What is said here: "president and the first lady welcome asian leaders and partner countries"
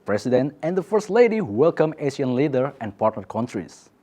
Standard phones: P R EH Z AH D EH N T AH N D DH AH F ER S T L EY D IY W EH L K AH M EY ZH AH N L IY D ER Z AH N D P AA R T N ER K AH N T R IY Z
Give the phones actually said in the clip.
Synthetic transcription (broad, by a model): P R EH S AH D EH N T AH N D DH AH F ER S T L EY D IY W EH L K AH M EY SH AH N L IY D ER AH N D P AA R T N ER K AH N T R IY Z